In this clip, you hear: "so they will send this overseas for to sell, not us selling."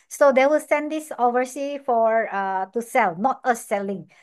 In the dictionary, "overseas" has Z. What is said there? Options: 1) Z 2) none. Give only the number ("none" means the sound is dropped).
2